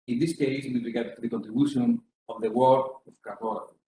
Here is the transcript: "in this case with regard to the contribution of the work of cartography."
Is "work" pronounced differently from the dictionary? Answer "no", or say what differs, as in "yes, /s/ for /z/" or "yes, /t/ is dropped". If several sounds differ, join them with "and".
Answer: yes, /k/ is dropped